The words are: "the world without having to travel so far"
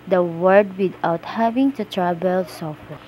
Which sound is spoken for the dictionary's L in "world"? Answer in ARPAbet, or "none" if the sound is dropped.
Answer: none